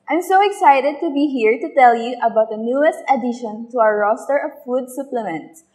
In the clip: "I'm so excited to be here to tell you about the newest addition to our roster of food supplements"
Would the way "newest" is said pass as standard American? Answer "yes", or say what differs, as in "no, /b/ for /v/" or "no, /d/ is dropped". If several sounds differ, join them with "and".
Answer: yes